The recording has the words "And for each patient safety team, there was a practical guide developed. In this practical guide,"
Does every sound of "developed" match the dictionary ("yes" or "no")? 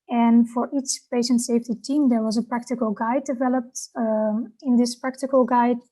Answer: yes